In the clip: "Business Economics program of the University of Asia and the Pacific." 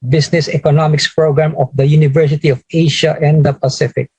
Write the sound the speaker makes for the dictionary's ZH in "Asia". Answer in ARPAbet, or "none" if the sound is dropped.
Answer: SH